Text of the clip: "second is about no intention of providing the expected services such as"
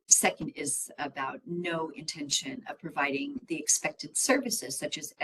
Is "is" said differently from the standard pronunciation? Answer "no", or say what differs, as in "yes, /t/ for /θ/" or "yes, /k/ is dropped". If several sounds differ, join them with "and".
no